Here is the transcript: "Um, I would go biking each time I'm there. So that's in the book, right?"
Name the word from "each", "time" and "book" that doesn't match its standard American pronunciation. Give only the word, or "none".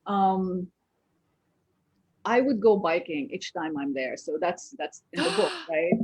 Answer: none